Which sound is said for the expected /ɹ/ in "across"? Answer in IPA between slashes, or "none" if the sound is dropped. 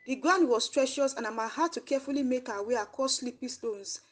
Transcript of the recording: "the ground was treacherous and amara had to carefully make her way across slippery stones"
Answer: none